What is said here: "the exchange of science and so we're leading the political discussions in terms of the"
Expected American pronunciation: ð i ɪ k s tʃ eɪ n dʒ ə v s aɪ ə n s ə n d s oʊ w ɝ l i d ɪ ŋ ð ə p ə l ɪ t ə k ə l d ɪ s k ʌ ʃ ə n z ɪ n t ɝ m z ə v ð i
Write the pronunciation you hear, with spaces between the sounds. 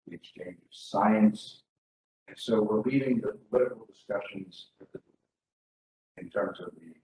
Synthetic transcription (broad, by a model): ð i ɪ k s tʃ eɪ n dʒ ə v s aɪ ə n s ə n s oʊ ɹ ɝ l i d ɪ ŋ ð ə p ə l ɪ t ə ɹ l d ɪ s k ʌ ʃ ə n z ɪ n t ɝ m z ə v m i